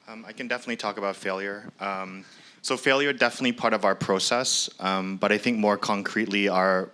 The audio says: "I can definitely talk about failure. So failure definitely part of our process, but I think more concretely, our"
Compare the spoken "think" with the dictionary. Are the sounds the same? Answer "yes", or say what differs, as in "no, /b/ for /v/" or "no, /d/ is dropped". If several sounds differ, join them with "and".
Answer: yes